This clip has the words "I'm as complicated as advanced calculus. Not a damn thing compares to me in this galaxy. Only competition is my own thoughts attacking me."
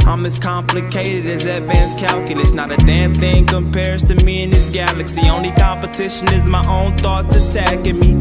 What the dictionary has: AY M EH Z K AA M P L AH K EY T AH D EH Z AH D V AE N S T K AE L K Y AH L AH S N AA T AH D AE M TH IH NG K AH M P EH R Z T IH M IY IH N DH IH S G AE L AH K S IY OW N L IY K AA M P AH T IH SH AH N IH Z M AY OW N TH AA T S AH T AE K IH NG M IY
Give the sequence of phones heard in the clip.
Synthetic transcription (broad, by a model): AY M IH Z K AA M P L AH K EY T AH D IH Z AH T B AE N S K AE L K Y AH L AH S N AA T AH D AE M TH IH NG K AH M P EH R Z T IH M IY IH N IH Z G AE L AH K S IY OW N L IY K AA M P AH T IH SH AH N IH Z M AY OW N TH AA T AH T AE K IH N M IY